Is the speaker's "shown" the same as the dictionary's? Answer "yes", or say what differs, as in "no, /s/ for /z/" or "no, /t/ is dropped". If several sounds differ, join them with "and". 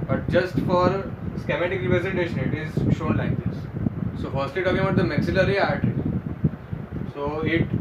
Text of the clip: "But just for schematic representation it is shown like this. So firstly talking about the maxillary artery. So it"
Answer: yes